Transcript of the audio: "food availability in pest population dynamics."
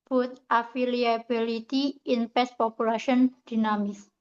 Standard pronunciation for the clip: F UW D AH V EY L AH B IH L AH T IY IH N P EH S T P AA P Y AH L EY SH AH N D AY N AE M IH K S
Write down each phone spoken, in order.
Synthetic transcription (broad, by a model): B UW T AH F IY L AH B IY L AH T IY IH N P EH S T P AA P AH L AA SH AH N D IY N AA M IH S